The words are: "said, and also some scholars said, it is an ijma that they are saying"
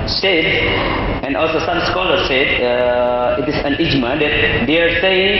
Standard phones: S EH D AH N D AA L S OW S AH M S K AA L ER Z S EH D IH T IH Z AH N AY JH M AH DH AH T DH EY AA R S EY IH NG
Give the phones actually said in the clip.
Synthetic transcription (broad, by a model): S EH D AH N AA L S OW S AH M S K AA L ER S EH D IH T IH S AH N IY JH M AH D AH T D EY AA R S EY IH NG